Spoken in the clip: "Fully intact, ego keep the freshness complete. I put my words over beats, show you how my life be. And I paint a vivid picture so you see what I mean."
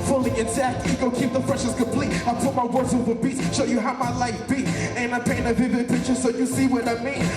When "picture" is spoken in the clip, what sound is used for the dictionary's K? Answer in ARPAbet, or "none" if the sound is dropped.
K